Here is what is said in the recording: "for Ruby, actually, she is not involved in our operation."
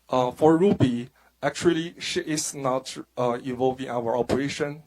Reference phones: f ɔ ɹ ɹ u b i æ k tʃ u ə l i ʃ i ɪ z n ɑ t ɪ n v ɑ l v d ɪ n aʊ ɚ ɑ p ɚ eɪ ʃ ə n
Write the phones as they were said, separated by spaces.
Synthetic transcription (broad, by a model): f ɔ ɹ ɹ u b i æ k tʃ u ə l i ʃ i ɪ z n ɑ t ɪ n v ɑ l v ɪ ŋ aʊ ɚ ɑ p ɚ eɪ ʃ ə n